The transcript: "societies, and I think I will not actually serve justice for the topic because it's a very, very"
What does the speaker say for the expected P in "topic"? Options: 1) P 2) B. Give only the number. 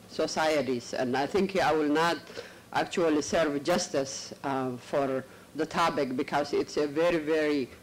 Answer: 2